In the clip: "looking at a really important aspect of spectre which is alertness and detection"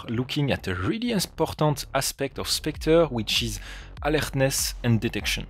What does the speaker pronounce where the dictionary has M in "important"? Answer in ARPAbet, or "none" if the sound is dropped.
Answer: none